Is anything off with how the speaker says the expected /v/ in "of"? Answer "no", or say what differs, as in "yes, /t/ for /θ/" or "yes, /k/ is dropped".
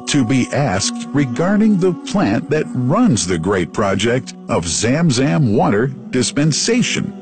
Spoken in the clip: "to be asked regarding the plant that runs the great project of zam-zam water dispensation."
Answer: no